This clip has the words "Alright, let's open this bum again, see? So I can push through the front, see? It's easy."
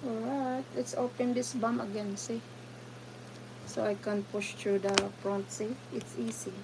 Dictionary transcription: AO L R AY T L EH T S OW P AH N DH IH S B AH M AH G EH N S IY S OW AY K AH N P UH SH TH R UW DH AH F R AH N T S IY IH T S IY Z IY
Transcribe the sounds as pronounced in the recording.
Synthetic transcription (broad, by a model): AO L R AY T L EH T S OW P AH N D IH S B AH M AH G EH N S IY S OW AY K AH N P UH SH T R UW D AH P R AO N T S IY IH T S IY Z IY